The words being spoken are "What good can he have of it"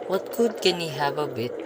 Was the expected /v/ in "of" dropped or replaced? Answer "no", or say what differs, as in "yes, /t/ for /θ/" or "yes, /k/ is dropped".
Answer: yes, /b/ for /v/